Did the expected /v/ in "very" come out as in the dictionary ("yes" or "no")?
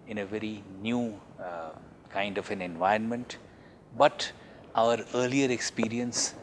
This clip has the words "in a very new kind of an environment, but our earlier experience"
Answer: yes